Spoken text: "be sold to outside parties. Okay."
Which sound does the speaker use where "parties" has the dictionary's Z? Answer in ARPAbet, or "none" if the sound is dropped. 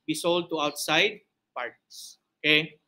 S